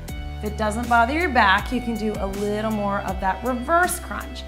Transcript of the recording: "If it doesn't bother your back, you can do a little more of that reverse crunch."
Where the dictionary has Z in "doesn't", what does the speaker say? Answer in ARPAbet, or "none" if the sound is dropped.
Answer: Z